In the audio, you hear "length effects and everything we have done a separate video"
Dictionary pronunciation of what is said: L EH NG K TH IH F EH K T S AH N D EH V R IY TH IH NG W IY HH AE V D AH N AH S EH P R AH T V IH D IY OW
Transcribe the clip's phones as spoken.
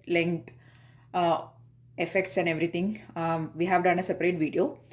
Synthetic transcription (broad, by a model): L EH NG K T IH F EH K T S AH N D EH V R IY T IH NG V IY HH AE V D AH N AH S EH P R AH T V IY D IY OW